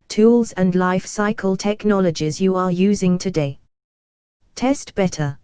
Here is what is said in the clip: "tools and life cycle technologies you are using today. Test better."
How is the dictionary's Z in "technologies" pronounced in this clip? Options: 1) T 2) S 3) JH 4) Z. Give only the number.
4